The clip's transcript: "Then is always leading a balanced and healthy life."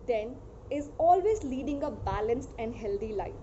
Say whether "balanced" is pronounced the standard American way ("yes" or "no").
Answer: yes